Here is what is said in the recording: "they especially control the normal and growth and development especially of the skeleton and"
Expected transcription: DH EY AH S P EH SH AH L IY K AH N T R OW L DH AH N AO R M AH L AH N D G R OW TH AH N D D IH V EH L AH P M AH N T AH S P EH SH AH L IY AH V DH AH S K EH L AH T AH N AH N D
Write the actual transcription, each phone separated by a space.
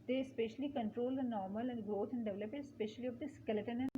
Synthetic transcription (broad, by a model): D EY AH S P EH SH AH L IY K AH N T R OW L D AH N AO R M AH L AH N D G R OW T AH N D D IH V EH L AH P AH T S P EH SH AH L IY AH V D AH S K EH L AH T AH N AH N